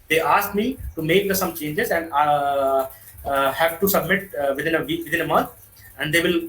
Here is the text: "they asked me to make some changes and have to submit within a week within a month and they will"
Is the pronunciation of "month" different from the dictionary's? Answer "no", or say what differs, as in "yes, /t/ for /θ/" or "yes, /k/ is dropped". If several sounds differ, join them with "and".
yes, /t/ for /θ/